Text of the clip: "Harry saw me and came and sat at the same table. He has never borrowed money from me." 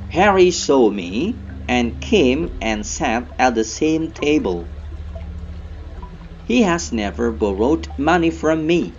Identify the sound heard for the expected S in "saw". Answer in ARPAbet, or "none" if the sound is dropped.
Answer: S